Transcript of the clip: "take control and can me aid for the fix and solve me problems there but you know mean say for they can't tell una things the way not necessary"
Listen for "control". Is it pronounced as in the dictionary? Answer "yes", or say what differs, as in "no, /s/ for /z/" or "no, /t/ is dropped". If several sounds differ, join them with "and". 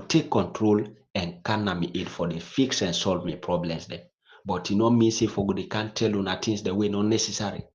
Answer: yes